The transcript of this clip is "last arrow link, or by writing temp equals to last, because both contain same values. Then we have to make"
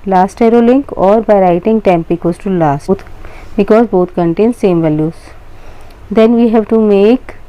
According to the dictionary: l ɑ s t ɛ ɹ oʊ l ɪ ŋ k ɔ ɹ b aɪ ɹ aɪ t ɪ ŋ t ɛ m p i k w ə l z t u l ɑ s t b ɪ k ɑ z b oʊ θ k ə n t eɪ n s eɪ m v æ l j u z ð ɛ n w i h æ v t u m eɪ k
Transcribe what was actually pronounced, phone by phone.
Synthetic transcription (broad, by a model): l ɑ s t ɛ ɹ oʊ l ɪ ŋ k ɔ ɹ b aɪ ɹ aɪ t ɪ ŋ t ɛ m p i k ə z t u l ɑ s t b ɪ k ɑ z b oʊ t k ə n t eɪ n s eɪ m v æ l j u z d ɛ n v i h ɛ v t u m eɪ k